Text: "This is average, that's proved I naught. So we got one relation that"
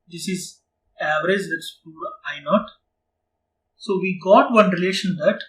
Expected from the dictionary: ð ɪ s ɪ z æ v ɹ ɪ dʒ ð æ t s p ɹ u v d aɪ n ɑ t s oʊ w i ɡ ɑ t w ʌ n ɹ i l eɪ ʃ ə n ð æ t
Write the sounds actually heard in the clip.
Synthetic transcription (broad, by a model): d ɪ s ɪ z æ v ɹ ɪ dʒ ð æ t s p u d aɪ n ɑ t s oʊ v i ɡ ɑ t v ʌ n ɹ i l eɪ ʃ ə n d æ t